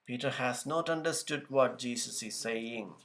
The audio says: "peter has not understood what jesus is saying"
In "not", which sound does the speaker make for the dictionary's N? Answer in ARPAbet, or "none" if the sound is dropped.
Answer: N